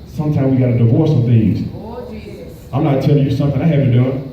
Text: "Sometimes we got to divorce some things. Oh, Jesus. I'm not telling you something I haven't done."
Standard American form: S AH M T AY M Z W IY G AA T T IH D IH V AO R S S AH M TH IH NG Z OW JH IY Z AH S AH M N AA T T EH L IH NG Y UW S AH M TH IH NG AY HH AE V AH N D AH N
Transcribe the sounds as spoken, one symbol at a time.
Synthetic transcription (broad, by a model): S AH M T AY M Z W IY G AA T T IH D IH V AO R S S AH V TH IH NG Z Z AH AH M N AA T T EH L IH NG Y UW S AH M TH IH NG AY HH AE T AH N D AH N